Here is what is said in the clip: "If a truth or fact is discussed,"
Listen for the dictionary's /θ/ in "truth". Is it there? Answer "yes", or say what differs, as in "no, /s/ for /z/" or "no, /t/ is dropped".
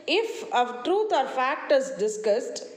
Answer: no, /t/ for /θ/